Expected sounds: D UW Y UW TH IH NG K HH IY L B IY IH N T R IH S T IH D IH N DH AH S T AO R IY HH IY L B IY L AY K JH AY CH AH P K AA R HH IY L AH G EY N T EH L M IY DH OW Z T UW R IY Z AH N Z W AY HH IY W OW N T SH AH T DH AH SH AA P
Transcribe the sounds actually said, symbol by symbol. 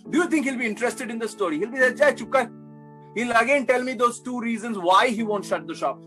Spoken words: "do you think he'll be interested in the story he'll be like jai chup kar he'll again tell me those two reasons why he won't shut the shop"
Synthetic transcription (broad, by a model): D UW Y UW T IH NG K HH IY L B IY IH N T R IH S T IH D IH N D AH S T AO R IY HH IY L B IY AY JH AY CH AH K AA HH IY L AH G EY N T EH L M IY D OW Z T UW R IY Z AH N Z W AY HH IY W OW N T SH AH T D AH SH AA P